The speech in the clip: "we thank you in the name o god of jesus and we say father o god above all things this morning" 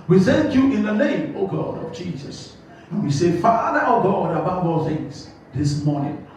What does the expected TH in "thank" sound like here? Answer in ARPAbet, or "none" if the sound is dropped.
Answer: S